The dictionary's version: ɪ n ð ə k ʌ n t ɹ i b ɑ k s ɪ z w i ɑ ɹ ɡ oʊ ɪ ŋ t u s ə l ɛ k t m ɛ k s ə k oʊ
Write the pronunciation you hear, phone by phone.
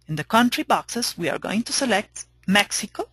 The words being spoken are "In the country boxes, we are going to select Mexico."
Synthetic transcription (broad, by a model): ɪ n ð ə k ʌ n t ɹ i b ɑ k s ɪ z w i ɑ ɹ ɡ oʊ ɪ ŋ t u s ə l ɛ k t m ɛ k s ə k oʊ